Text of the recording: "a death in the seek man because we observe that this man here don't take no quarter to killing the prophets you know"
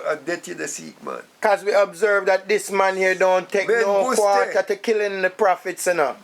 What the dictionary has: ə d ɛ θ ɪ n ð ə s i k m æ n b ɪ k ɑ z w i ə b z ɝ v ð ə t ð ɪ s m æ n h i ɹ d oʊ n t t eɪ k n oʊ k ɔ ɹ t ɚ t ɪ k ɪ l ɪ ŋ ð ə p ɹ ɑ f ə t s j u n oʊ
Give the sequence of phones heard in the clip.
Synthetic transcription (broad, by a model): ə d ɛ t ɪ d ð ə s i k m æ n k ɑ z w i ə b z ɝ v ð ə t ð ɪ s m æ n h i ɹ d oʊ n t t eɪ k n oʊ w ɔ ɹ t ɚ t ɪ k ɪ l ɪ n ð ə p ɹ ɑ f ə t s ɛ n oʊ